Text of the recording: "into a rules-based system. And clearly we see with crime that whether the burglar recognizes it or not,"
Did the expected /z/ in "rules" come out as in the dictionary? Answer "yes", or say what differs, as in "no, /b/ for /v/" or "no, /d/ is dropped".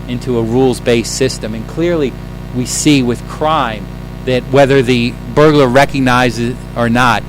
yes